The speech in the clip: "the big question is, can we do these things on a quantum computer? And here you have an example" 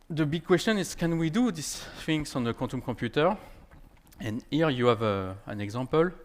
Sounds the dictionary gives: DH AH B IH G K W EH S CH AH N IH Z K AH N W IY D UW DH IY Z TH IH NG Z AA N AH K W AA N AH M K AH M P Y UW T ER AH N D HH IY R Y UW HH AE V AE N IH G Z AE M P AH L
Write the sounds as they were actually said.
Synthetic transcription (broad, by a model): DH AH B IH G K W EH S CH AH N IH Z K AH N W IY D UW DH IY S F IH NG S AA N AH K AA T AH M K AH P Y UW T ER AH N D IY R Y UW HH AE V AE N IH G Z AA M P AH L